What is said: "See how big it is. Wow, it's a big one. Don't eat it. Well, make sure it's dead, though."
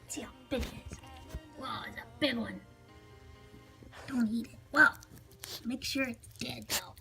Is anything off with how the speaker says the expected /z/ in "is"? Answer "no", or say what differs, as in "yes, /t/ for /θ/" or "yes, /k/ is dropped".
yes, /s/ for /z/